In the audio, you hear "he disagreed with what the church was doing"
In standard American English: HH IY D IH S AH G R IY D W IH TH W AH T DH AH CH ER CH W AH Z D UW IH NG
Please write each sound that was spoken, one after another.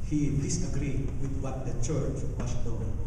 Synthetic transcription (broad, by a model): HH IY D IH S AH G R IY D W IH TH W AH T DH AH CH ER CH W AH S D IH